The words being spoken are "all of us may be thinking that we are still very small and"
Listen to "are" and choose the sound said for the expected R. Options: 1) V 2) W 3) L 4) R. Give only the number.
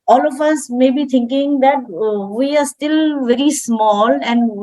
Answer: 4